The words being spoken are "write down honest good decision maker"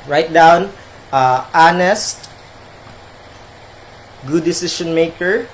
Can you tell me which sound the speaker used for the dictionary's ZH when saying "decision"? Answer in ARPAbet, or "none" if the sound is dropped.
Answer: SH